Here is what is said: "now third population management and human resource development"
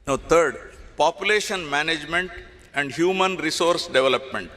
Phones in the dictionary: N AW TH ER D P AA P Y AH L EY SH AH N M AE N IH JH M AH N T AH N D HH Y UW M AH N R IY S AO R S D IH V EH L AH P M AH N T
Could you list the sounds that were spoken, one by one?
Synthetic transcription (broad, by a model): N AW T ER D P AA P Y AH L EY SH AH N M AE N IH JH M AH N T AH N D HH Y UW M AH N R IY S AO R S D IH V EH L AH P M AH N T